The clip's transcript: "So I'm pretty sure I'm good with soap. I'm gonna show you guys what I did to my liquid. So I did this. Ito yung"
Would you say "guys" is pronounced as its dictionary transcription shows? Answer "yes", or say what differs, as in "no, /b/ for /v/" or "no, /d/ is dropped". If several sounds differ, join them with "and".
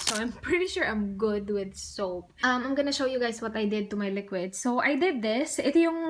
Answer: no, /s/ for /z/